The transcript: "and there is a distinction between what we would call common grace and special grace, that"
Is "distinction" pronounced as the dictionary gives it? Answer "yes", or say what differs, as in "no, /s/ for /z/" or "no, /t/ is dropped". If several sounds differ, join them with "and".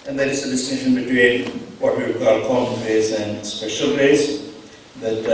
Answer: no, /k/ is dropped